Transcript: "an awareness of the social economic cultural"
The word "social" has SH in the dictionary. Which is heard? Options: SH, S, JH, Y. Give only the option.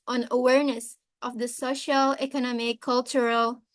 SH